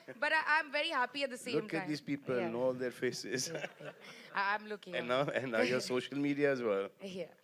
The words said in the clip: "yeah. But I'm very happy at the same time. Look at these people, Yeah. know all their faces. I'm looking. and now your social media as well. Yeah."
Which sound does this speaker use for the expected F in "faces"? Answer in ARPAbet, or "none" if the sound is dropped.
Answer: F